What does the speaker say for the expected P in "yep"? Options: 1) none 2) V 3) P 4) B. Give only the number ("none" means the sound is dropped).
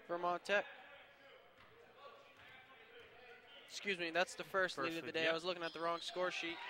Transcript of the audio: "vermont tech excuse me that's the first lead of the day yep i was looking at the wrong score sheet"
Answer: 1